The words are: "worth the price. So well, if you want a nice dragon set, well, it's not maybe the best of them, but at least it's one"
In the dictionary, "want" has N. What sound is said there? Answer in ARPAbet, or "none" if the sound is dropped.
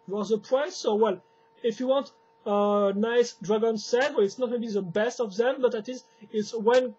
N